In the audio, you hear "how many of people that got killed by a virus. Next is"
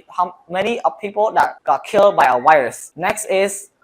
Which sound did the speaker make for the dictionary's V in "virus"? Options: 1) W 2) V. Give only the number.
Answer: 1